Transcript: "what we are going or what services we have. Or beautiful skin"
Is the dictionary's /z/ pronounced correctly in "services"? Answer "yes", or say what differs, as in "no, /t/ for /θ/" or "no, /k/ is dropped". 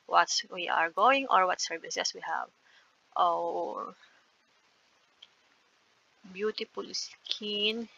no, /s/ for /z/